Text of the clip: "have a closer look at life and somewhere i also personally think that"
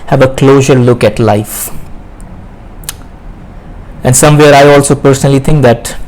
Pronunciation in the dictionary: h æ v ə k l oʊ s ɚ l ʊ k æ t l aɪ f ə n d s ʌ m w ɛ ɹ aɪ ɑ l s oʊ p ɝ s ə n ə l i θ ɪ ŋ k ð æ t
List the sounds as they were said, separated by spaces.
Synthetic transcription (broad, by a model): h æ v ə k l oʊ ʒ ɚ l ʊ k æ t l aɪ f ə n d s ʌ m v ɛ ɹ aɪ ɑ l s oʊ p ɝ s ə n ə l i t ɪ ŋ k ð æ t